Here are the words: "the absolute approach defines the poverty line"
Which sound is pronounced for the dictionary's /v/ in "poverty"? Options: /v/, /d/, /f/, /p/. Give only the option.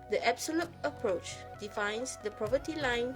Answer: /p/